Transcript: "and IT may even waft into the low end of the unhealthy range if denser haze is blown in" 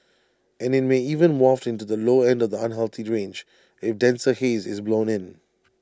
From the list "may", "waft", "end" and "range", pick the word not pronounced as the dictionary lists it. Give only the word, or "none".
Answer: none